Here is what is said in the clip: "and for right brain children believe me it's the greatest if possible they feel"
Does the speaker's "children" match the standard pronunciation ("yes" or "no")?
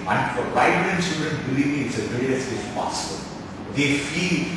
no